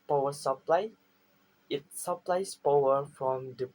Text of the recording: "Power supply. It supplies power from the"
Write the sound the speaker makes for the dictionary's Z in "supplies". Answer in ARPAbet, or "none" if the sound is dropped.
S